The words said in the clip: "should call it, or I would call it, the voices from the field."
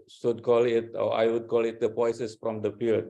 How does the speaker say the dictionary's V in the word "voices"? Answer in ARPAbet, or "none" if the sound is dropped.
P